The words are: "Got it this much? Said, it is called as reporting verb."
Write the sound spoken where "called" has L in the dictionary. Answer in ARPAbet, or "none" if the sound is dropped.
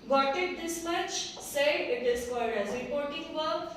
none